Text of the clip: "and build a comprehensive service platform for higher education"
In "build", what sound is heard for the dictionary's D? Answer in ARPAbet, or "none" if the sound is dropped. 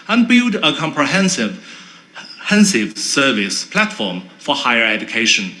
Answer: D